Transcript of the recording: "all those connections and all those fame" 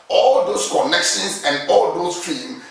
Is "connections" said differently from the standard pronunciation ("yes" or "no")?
yes